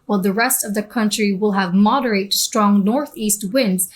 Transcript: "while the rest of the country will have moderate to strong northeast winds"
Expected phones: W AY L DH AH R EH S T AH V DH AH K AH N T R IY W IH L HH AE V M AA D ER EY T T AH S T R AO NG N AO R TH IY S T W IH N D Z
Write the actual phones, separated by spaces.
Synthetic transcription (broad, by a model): W AY L DH AH R EH S T AH V DH AH K AH N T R IY W IH L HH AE V M AA D ER EY T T S T R AO NG N AO R TH IY S T W IH N D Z